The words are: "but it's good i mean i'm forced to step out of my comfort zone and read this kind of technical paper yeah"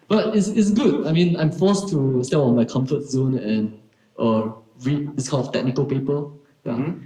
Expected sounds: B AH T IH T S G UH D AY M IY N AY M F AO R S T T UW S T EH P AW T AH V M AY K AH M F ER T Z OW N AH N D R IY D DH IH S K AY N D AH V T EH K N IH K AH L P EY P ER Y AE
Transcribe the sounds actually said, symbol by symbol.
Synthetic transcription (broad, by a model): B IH T IH T S G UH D AY M IY N AY M F AO S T T UW S T EH P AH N M AY K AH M F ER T Z OW N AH N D R IY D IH S K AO L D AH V T EH K N IH K AH L P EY P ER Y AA